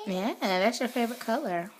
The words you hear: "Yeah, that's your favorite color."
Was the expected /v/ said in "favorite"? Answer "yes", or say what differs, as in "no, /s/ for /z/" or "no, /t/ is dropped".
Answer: yes